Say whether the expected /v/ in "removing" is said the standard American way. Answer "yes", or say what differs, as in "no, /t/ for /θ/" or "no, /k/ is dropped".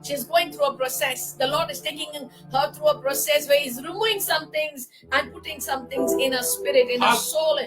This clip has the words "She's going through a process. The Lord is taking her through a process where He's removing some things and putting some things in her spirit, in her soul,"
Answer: no, /v/ is dropped